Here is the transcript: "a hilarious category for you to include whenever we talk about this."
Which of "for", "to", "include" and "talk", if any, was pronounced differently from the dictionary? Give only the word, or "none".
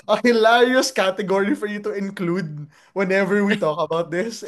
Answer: none